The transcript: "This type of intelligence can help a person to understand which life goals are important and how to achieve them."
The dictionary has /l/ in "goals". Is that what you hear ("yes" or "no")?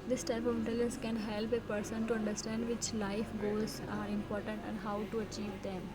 no